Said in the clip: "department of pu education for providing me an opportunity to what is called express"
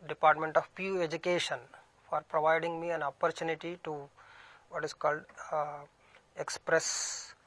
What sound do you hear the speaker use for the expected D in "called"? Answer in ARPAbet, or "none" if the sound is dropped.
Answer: D